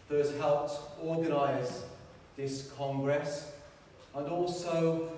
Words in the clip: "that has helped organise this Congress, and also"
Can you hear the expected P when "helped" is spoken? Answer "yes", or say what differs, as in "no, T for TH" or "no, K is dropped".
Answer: yes